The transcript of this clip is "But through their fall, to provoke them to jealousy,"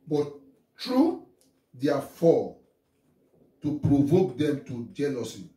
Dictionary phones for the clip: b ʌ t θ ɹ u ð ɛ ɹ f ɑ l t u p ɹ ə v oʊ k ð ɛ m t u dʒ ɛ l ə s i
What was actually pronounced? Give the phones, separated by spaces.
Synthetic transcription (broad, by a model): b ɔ t t ɹ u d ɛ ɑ f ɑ t u p ɹ ə v oʊ k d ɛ m t u dʒ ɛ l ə s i